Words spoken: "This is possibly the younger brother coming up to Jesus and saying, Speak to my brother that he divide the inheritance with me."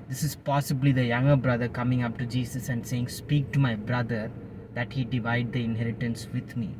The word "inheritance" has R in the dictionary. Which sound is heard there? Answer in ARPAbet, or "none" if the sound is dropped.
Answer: R